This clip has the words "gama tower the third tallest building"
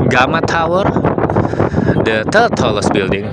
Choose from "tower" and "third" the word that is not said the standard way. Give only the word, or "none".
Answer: third